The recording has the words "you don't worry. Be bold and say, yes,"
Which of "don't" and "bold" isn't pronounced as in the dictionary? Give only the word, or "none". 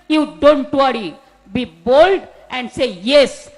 none